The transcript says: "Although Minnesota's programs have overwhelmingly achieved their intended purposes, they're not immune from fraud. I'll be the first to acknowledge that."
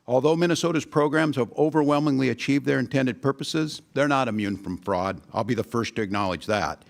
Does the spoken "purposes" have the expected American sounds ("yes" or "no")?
yes